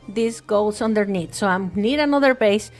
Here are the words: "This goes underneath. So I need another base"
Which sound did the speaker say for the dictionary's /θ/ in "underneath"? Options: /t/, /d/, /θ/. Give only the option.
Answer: /t/